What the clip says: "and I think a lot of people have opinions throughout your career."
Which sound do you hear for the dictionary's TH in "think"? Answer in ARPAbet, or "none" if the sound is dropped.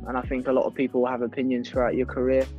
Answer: TH